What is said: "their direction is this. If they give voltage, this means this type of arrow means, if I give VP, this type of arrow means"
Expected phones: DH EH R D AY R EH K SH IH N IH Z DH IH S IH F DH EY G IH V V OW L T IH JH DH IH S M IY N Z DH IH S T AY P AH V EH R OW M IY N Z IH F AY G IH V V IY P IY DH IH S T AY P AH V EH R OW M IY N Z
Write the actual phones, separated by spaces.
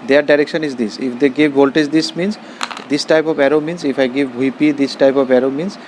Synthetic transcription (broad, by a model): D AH R D AY R EH K SH IH N IH Z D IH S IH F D EY G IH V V OW L T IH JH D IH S M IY N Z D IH S T AY P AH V EH R OW M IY N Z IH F AY G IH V B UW P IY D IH S T AY P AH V EH R OW M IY N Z